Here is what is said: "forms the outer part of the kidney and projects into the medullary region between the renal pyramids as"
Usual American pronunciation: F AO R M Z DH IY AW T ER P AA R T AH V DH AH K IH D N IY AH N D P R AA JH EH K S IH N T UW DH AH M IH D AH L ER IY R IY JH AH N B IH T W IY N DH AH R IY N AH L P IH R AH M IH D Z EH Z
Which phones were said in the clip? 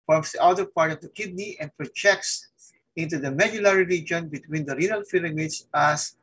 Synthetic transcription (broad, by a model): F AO R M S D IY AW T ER P AA R T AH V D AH K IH D N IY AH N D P R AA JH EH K S IH N T UW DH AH M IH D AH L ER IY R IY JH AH N B IH T W IY N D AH R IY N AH L F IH L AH M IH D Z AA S